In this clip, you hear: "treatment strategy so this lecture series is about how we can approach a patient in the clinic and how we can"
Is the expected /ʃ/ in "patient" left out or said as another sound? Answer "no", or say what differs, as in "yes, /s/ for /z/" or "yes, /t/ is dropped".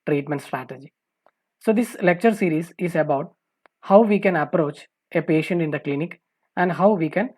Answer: no